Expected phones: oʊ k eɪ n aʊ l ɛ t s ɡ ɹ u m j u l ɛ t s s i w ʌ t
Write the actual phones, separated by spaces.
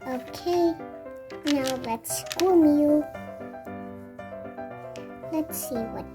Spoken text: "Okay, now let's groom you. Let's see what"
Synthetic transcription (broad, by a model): oʊ k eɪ n aʊ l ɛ t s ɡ u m j u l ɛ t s s i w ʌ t